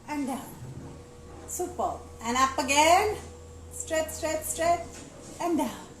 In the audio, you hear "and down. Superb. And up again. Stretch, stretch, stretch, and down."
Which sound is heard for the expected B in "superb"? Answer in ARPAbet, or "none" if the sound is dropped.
none